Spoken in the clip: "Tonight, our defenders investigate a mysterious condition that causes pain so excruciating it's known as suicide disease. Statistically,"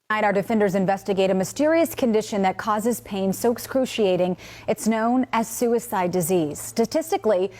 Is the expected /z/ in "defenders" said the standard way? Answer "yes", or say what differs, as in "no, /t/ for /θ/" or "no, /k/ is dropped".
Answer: yes